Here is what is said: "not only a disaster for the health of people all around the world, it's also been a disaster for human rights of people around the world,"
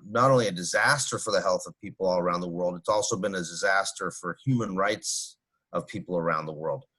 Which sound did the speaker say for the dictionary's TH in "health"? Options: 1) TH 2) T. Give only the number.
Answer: 1